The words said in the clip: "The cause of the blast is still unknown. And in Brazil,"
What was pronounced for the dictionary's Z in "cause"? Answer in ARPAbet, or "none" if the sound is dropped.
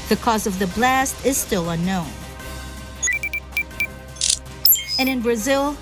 Z